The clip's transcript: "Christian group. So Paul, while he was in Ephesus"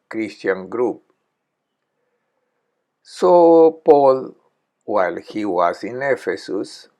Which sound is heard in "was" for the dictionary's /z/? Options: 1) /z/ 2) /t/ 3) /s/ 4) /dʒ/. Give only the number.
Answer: 3